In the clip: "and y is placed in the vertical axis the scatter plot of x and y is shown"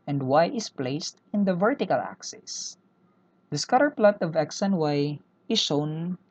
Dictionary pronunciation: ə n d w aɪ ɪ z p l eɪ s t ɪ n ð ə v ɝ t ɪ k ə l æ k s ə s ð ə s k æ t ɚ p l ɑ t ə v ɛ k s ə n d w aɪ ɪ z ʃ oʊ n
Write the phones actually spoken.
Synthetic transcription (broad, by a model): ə n d w aɪ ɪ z p l eɪ s t ɪ n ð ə v ɝ t ɪ k ə l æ k s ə s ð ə s k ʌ t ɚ p l ɑ t ə v ɛ k s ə n w aɪ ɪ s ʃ oʊ n